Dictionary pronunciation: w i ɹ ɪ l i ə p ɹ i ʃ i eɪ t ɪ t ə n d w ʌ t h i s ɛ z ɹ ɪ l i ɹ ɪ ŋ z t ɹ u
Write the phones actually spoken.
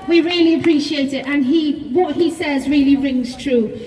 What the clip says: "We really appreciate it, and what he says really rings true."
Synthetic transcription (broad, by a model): w i ɹ ɪ l i ə p ɹ i ʃ i eɪ t ɪ t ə n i w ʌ t h i s ɛ z ɹ ɪ l i ɹ ɪ ŋ z t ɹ u